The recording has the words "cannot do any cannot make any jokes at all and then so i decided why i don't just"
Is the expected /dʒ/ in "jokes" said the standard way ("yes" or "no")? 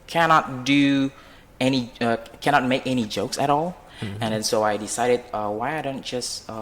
yes